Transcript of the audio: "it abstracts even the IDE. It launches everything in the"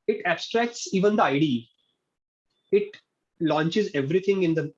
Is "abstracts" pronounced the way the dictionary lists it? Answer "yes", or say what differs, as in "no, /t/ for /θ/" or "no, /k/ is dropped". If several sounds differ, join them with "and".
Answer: yes